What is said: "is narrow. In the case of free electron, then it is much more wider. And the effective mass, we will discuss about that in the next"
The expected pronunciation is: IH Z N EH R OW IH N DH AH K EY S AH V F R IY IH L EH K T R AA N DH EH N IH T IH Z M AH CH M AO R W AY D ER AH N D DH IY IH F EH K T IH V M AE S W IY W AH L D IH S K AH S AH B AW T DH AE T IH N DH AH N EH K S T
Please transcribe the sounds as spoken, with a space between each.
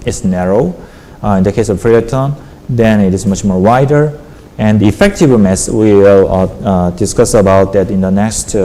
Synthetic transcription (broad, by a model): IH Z N EH R OW IH N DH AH K EY S AH V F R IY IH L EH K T AA N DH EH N IH T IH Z M AH CH M AO R W AY D ER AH N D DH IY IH F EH K T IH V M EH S W IY L D IH S K AH S AH B AW T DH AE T IH N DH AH N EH K S T